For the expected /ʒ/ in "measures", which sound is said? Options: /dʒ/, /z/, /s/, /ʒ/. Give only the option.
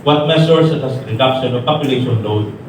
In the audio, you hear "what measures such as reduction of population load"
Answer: /s/